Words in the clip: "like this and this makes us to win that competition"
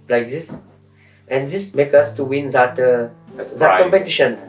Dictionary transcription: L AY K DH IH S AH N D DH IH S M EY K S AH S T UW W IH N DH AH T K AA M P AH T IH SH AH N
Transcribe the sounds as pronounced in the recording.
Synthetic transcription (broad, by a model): L AY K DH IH S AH N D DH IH S M EY K AH S T UW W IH N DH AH T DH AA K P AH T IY SH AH N